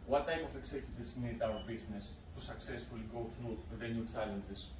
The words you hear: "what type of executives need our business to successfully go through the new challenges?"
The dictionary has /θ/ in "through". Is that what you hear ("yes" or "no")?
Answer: no